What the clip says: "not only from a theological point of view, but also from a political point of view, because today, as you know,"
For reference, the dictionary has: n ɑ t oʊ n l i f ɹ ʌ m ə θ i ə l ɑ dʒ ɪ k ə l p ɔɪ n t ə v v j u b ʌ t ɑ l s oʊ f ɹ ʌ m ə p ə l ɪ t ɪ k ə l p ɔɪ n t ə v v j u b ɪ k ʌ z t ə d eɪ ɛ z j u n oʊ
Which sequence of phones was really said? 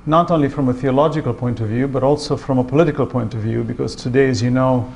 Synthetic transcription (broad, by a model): n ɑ t oʊ n l i f ɹ ʌ m ə θ i ə l ɑ dʒ ɪ k ə l p ɔɪ n t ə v v j u b ʌ t ɑ l s oʊ f ɹ ʌ m ə p ə l ɪ t ɪ k ə l p ɔɪ n t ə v v j u b ɪ k ʌ z t ə d eɪ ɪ z j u n oʊ